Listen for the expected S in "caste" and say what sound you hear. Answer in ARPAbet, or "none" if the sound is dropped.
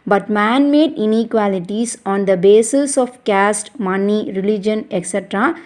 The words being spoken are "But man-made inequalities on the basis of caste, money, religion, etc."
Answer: S